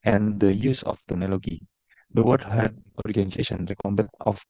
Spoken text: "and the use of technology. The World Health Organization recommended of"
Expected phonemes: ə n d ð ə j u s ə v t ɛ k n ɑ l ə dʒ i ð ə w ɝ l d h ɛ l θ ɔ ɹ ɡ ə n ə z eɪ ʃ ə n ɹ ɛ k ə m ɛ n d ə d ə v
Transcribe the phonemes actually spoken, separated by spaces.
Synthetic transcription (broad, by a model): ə n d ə j u s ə f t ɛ n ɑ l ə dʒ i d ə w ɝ d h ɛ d ɔ ɹ ɡ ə n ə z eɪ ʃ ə n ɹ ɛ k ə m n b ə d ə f